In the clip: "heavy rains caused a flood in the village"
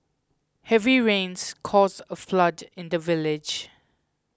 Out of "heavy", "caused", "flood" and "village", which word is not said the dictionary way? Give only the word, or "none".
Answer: caused